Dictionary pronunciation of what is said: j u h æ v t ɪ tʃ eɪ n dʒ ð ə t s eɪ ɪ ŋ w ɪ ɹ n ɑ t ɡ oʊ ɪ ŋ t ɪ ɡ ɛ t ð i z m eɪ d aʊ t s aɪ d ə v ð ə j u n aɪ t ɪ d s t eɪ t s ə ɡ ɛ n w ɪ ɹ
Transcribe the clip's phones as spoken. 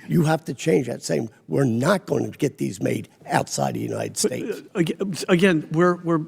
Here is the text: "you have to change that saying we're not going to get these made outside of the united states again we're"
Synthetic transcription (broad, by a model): j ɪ h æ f t ɪ tʃ eɪ n dʒ ð ə t s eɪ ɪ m w ɪ ɹ n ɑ t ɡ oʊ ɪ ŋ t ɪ ɡ ɛ t ð i z m eɪ d aʊ t s aɪ d ð ə j u n aɪ t ɪ d s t eɪ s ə ɡ ɛ n w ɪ ɹ